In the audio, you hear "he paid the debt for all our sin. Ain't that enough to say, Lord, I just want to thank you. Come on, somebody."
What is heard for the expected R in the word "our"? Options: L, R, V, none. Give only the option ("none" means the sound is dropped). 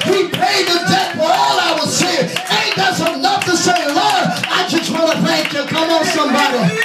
L